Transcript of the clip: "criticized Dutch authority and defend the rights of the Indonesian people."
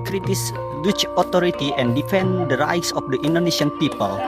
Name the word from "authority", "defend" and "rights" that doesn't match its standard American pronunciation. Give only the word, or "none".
authority